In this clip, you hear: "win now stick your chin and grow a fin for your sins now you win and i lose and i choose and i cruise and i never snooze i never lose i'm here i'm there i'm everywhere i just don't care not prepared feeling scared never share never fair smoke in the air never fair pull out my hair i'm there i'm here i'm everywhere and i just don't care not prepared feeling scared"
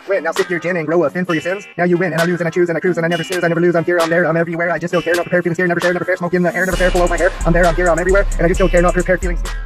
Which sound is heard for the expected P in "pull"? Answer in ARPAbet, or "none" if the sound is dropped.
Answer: F